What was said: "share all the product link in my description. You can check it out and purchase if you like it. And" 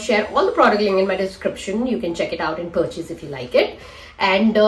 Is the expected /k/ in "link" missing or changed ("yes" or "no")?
yes